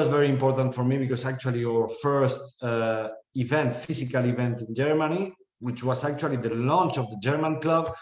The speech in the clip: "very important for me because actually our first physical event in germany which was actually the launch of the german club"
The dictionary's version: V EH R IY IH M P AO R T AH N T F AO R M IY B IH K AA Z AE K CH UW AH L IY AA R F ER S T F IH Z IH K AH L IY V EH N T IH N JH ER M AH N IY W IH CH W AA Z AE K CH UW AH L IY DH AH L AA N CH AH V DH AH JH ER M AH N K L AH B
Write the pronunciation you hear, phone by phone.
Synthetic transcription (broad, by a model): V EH R IY IH M P AO R T AH N T F AO R M IY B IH K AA S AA K CH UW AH L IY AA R F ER S T F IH S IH K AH L IY V EH N T IH N JH ER M AH N IY W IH CH W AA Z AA K CH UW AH L IY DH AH L AA N CH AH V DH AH JH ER M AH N K L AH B